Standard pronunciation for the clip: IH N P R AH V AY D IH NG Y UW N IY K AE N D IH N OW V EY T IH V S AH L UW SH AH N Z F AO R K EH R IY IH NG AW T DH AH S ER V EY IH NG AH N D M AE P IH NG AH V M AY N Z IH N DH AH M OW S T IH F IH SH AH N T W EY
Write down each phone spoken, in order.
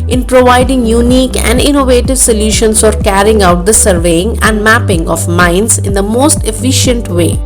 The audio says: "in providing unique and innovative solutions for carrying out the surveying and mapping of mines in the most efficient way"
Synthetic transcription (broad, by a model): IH N P R AH V AY D IH NG Y UW N IY K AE N D IH N OW V EY T IH V S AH L UW SH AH N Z F AO R K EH R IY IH NG AW T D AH S ER V EY IH NG AH N D M AE P IH NG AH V M AY N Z IH N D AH M OW S T IH F IH SH AH N T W EY